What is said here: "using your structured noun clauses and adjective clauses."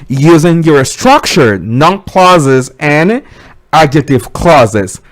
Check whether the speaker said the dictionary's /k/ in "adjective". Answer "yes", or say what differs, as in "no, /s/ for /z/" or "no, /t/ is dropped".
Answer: no, /k/ is dropped